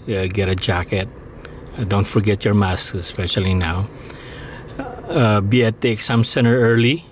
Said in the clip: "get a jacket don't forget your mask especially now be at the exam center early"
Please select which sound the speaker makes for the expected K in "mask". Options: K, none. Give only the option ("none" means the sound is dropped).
none